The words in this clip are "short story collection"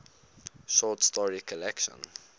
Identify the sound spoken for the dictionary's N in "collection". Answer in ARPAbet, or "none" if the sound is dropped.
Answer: N